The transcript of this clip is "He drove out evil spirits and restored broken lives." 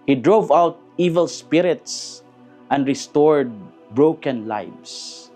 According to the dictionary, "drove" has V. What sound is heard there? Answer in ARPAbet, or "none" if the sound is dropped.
V